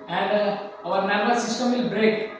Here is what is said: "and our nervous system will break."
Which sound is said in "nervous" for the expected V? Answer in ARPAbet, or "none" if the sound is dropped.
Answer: B